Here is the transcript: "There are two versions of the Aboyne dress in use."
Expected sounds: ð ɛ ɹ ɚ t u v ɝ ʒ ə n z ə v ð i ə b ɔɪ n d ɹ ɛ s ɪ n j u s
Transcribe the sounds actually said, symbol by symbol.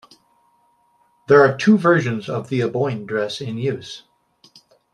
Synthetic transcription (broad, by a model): ð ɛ ɹ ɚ t u v ɝ ʒ ə n z ə v ð i ə b ɔɪ n d ɹ ɛ s ɪ n j u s